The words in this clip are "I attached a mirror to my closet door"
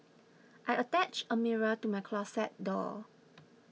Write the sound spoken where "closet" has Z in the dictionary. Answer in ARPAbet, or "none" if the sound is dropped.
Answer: S